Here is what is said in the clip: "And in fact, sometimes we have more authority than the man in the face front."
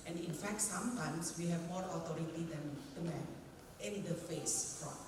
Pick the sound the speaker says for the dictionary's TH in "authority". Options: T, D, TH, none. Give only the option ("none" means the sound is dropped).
T